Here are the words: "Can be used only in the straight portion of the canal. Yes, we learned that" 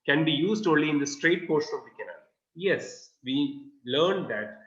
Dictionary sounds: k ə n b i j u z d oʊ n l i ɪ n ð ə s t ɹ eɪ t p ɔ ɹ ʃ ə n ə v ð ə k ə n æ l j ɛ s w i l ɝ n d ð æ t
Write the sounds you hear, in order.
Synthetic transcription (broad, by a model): k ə n b i j u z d oʊ n l i ɪ n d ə s t ɹ eɪ t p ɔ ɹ s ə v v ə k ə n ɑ j ɛ s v i l ɝ n d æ t